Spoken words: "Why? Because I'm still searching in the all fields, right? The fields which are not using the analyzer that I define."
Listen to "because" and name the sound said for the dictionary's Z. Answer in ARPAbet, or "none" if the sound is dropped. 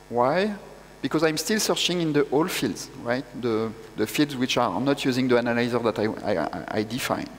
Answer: Z